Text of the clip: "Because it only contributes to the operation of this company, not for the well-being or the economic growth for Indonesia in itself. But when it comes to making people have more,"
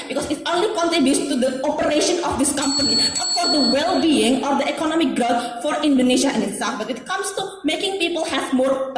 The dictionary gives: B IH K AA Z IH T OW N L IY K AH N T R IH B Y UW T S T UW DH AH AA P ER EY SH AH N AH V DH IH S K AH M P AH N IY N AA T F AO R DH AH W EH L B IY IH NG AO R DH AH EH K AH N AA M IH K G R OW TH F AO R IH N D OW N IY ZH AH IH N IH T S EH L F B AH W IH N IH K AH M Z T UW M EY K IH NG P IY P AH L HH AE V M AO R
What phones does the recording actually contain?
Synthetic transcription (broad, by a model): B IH K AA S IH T OW N L IY K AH N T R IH B Y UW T T UW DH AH AA P ER EY SH AH N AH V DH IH S K AH M P AH N IY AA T F AO R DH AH W EH L B IY IH NG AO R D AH EH K AH N AA M IH K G R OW T F AO R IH N D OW N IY SH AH IH N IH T S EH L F B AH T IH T K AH M S T UW M EY K IH NG P IY P AH L HH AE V M AO R